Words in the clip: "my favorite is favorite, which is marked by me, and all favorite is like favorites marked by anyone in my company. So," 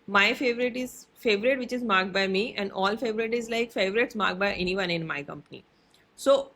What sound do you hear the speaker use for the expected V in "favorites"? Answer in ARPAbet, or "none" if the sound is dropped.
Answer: V